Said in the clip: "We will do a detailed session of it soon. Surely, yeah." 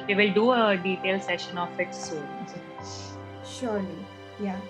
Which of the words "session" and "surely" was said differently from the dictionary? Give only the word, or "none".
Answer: none